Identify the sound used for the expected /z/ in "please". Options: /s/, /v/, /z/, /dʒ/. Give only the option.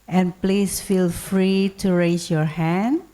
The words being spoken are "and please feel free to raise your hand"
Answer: /s/